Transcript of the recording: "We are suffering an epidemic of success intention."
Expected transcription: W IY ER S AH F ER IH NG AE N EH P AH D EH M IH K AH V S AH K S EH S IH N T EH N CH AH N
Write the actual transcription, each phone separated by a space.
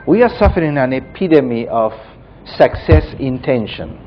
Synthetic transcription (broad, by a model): W IY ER S AH F ER IH NG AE N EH P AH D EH M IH AH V S AH K S EH S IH N T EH N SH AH N